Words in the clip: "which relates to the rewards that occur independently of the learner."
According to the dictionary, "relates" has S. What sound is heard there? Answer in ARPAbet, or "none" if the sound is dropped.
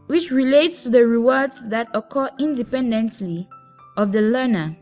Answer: S